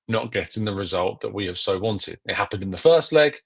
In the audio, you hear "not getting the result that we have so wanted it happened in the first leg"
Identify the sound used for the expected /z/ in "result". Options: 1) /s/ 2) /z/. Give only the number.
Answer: 2